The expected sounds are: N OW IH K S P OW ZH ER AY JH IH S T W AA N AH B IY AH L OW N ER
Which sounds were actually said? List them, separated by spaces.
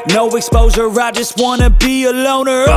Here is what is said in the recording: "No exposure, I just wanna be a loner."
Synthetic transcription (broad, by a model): N OW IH K S P OW Z ER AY JH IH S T W AA N AH B IY AH L OW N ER